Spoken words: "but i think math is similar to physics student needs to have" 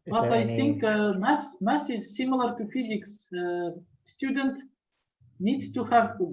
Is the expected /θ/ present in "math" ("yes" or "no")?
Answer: no